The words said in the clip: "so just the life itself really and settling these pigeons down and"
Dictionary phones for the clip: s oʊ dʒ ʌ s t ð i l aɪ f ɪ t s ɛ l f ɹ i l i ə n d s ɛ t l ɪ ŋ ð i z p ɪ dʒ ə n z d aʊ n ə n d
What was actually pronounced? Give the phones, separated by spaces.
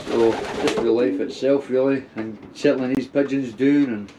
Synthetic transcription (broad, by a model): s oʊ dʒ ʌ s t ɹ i l aɪ f ɪ t s ɛ l f ɹ i l i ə n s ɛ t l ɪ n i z p ɪ dʒ ə n z d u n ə n